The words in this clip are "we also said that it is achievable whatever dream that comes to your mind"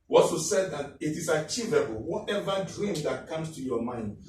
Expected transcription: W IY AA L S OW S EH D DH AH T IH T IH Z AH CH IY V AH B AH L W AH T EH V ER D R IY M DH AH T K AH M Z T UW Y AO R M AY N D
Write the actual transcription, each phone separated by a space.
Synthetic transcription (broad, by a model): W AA S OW S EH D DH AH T IH T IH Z AH CH IY V AH B AH L W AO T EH V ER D R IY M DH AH T K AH M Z T UW Y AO M AY N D